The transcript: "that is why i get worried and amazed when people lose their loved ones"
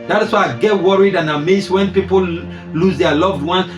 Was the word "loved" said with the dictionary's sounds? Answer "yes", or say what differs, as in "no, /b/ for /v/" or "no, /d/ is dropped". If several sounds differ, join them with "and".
yes